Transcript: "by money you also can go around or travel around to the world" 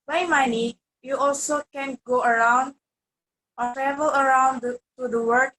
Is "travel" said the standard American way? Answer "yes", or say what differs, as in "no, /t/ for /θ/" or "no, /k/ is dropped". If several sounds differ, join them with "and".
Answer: yes